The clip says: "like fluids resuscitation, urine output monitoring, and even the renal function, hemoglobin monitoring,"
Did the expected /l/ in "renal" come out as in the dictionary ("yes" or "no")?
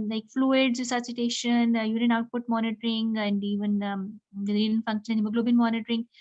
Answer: no